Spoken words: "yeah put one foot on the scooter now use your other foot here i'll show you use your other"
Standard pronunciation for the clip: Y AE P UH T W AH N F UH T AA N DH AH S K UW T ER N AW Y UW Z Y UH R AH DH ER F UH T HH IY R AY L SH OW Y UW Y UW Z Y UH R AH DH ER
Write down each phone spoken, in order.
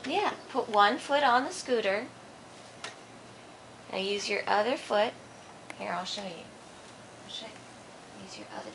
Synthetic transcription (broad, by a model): Y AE P UH T W AH N F UH T N DH AH S K UW T ER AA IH Y UW Z Y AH R AH DH ER F UH T HH IY R AY L SH OW Y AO Y UW Z Y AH R AH DH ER